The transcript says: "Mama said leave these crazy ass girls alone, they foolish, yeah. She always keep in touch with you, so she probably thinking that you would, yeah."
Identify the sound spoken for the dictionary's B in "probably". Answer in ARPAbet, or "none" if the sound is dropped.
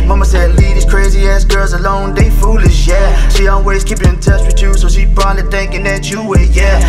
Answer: none